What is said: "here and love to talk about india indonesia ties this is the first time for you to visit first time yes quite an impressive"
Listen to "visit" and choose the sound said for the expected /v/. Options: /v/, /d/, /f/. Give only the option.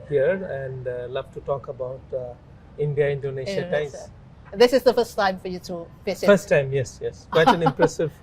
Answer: /f/